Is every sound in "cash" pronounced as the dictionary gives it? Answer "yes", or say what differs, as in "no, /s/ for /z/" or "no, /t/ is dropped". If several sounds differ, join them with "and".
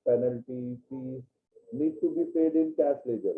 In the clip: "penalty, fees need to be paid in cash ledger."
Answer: no, /s/ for /ʃ/